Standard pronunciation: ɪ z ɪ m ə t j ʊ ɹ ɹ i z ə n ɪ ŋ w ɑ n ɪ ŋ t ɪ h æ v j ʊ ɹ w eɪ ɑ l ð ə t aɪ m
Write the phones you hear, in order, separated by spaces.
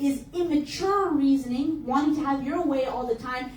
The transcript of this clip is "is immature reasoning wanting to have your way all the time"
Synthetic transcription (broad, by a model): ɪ z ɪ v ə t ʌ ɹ ɹ i z ə n ɪ ŋ w ɑ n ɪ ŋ t ɪ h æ v j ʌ ɹ w eɪ ɑ l ð ə t aɪ m